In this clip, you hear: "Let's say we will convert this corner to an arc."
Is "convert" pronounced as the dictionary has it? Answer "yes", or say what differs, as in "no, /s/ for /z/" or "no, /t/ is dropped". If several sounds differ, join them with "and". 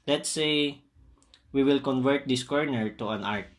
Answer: yes